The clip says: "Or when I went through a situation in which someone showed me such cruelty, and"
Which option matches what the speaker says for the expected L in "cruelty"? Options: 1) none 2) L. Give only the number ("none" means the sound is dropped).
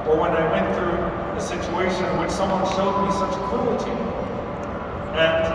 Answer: 1